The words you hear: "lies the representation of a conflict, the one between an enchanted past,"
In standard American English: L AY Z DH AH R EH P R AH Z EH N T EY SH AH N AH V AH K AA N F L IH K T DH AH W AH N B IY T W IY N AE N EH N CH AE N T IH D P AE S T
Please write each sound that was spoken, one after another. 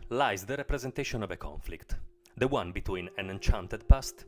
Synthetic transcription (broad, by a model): L AY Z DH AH R EH P R AH Z EH N T EY SH AH N AH V AH K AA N F L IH K T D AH W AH N B IY T W IY N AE N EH N CH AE N T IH D P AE S T